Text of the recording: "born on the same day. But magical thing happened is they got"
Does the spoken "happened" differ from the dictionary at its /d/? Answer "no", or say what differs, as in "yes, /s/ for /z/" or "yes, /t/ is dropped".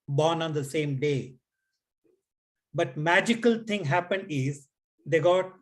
no